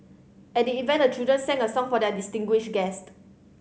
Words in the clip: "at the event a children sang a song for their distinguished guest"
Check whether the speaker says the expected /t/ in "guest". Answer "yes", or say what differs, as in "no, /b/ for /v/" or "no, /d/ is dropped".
yes